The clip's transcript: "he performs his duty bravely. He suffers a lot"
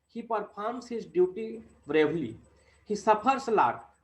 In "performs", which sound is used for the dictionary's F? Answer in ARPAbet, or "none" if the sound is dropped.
P